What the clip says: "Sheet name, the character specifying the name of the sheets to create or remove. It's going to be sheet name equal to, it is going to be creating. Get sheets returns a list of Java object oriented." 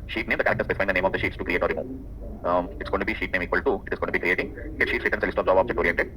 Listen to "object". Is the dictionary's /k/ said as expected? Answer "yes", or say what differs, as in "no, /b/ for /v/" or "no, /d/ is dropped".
no, /k/ is dropped